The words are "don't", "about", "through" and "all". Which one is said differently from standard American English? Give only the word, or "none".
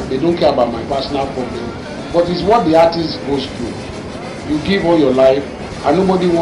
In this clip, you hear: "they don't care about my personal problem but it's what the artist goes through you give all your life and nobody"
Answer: through